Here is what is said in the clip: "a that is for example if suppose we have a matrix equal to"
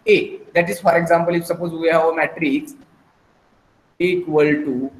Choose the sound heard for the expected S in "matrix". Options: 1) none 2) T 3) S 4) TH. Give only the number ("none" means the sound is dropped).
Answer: 1